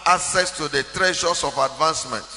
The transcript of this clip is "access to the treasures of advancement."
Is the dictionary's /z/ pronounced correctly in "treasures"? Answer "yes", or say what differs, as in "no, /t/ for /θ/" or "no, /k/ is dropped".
no, /s/ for /z/